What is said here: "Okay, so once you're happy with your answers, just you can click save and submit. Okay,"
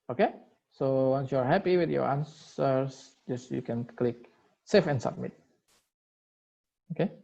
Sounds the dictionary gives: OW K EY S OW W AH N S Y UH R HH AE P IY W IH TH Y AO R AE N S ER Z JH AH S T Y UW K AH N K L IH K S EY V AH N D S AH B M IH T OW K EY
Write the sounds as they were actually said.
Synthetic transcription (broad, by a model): OW K EY S OW W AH N S Y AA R HH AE P IY W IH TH Y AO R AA N S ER S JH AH S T Y UW K AH N K L IH K S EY F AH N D S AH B M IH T OW K EY